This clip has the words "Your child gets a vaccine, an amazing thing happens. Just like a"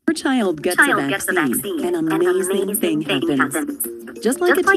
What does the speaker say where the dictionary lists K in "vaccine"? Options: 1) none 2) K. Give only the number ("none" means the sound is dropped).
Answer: 1